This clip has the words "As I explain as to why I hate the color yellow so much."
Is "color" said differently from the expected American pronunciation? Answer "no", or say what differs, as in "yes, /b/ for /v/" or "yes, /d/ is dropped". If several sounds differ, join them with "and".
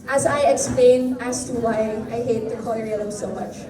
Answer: yes, /n/ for /l/